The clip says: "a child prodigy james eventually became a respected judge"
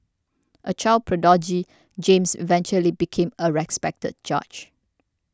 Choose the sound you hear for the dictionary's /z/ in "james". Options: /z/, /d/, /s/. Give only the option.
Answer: /s/